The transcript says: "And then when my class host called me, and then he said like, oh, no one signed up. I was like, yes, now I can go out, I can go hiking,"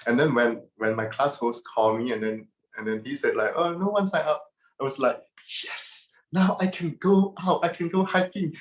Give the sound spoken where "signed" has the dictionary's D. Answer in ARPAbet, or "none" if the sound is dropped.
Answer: none